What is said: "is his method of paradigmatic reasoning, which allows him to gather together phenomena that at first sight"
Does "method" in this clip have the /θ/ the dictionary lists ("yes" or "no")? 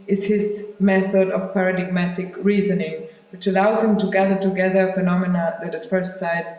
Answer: yes